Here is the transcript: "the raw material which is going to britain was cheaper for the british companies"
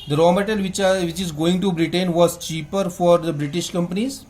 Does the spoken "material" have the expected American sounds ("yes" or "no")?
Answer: no